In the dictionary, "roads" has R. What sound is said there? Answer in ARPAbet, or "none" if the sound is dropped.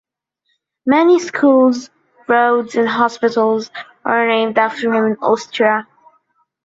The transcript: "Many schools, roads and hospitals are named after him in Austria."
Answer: R